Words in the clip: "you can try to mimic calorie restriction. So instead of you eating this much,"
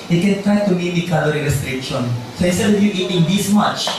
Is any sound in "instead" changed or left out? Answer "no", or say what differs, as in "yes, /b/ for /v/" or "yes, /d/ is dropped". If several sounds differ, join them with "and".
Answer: yes, /n/ is dropped